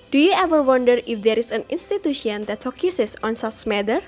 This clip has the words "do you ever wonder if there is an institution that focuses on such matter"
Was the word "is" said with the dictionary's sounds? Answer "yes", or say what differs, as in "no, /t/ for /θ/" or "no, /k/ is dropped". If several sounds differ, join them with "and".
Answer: no, /s/ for /z/